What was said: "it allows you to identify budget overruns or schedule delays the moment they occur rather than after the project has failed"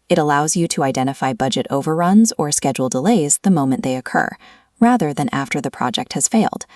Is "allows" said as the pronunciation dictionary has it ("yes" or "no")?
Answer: yes